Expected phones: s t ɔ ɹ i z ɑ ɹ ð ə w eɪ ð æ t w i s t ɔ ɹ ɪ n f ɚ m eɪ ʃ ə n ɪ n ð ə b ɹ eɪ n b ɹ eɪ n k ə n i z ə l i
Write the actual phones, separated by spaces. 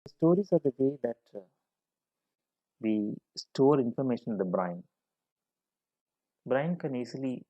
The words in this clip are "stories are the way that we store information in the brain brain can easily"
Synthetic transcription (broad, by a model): s t ɔ ɹ i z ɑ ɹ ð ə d eɪ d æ t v i s t ɔ ɹ ɪ n f ɚ m eɪ ʃ ə n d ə b ɹ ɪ n b ɹ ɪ n k ə n i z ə l i